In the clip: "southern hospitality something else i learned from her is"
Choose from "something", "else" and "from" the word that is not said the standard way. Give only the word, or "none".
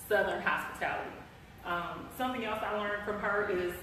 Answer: none